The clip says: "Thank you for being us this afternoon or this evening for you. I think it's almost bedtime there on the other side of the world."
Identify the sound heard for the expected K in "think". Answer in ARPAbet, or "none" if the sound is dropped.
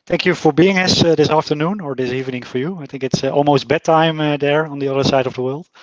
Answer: K